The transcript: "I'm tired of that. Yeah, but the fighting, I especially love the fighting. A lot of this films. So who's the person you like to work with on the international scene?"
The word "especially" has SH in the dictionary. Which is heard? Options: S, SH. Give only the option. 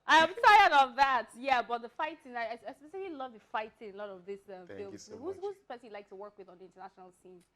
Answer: S